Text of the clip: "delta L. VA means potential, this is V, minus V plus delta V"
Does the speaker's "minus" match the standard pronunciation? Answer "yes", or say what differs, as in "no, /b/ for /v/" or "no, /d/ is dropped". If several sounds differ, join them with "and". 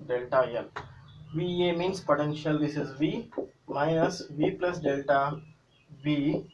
no, /n/ is dropped